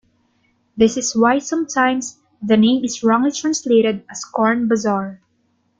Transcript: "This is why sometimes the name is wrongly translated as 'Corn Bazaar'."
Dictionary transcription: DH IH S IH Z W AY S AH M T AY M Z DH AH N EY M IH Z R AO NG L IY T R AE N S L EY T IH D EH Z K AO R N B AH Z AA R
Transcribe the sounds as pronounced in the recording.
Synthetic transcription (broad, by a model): DH IH S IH S W AY S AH M T AY M S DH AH N EY M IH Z R AO NG L IY T R AE N S L EY T IH D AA S K AO R N B AH Z AA R